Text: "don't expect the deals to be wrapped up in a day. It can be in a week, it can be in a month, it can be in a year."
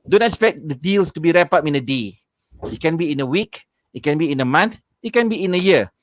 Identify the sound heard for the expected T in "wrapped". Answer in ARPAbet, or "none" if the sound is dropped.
none